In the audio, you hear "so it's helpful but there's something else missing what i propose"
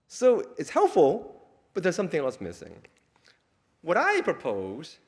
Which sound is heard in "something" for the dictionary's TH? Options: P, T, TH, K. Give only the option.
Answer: TH